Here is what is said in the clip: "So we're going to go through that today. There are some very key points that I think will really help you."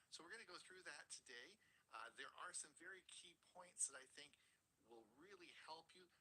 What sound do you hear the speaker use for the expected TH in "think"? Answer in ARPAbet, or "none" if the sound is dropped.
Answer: TH